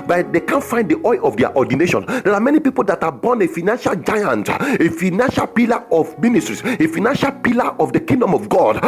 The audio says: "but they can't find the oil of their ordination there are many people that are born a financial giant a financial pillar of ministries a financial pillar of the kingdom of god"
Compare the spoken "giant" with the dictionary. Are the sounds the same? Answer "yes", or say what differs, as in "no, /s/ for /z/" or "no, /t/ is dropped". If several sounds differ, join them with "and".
yes